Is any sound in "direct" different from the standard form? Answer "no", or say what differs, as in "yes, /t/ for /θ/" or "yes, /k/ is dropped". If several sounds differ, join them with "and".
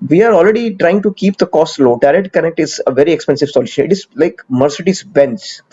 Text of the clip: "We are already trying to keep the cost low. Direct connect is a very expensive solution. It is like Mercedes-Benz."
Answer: yes, /k/ is dropped